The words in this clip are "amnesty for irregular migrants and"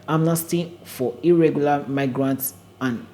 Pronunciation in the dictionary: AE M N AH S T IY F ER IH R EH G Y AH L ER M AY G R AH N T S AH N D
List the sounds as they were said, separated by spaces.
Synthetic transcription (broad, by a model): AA M N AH S T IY F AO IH R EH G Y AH L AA M AY G R AH N T S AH N